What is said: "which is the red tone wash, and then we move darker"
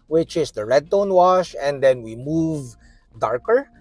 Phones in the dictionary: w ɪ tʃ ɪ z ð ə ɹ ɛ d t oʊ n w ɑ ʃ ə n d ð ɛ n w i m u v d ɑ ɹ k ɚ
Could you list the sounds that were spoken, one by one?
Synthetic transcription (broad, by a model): w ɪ tʃ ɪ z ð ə ɹ ɛ d t oʊ n w ɑ ʃ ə n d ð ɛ n w i m u v d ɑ ɹ k ɚ